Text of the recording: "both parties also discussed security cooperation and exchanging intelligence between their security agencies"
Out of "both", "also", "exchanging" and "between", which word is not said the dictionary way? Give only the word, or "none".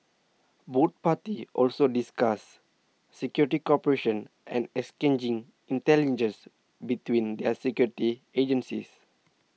both